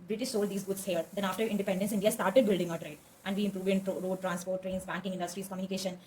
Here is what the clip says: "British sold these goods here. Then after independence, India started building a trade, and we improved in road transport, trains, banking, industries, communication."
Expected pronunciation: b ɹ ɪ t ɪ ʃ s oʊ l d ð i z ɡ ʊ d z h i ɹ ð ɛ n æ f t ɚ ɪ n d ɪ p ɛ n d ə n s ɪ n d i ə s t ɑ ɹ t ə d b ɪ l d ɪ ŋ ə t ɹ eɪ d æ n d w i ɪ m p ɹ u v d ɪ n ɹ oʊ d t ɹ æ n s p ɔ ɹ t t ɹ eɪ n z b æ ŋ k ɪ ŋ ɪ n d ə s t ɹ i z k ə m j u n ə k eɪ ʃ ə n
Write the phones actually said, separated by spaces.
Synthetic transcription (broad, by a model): b ɹ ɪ t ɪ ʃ s oʊ l d i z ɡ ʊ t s h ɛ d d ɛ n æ f t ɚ ɪ n d ɪ p ɛ n d ə n s ɪ n d i ə s t ɑ ɹ t ə d b ɪ l d ɪ ŋ ə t ɹ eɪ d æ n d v i ɪ m p ɹ u v d ɪ n ɹ oʊ d t ɹ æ n s p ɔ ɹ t t ɹ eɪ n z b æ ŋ k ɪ ŋ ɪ n d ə s t ɹ i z k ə m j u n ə k eɪ ʃ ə n